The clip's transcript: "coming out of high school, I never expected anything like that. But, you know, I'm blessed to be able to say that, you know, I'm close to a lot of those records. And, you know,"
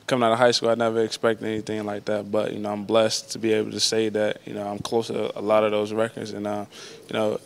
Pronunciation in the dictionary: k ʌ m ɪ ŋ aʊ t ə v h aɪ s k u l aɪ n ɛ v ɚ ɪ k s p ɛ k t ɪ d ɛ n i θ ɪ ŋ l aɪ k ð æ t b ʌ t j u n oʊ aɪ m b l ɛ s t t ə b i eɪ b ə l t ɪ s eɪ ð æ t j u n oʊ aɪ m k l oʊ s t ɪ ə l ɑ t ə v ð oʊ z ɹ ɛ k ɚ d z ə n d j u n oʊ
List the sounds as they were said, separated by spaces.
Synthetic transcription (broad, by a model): k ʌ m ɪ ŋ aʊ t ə h aɪ s k u l aɪ n ɛ v ɚ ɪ k s p ɛ k t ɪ ɛ n i θ ɪ ŋ l aɪ k ð æ t b ʌ t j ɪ n oʊ aɪ m b l ɛ s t t ə b i eɪ b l t ɪ s eɪ ð æ t j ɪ n oʊ aɪ m k l oʊ s t ɪ ə l ɑ t ə v ð oʊ z ɹ ɛ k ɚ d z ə n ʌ j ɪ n oʊ